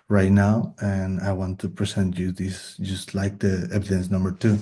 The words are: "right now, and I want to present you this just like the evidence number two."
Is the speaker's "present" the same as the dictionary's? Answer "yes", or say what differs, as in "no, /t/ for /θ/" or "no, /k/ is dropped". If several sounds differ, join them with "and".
no, /s/ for /z/